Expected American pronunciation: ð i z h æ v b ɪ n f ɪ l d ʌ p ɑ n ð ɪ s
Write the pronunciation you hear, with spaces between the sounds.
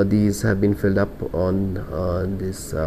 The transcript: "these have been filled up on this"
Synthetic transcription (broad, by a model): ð i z h æ v b ɪ n f ɪ l d ʌ p ɑ n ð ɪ s